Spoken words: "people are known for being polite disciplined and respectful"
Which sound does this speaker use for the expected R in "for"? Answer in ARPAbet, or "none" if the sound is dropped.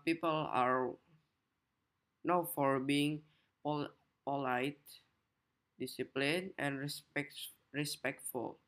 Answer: R